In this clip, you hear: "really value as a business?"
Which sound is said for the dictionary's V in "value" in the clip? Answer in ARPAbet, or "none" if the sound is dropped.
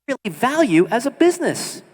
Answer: V